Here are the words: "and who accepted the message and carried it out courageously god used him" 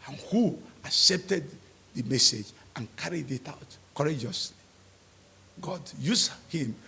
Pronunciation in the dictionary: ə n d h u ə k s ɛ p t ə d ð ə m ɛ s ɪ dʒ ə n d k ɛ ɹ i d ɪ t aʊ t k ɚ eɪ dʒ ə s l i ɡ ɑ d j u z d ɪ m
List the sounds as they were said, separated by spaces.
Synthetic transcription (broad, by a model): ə n h u ə k s ɛ p t ə d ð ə m ɛ s ɪ dʒ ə n k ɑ ɹ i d ɪ t aʊ t k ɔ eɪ dʒ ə s l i ɡ ɑ d j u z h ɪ m